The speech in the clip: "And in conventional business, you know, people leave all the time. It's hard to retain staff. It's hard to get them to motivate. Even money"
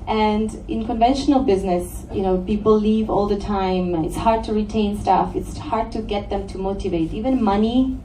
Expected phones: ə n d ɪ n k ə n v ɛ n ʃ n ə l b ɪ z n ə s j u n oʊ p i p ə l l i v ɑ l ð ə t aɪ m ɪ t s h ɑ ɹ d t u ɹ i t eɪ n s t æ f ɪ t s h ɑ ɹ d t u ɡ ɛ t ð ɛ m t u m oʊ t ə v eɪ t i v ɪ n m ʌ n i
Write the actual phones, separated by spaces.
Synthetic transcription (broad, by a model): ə n d ɪ n k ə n v ɛ n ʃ n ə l b ɪ z n ə s j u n oʊ p i p l l i v ɑ l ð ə t aɪ m ɪ t s h ɑ ɹ d t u ɹ i t eɪ n s t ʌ f ɪ t s h ɑ ɹ d t u ɡ ɛ t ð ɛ m t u m oʊ t ə v eɪ t i v ɪ n m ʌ n i